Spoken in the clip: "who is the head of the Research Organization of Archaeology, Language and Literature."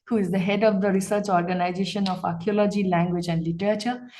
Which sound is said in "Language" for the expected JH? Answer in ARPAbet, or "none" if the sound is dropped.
JH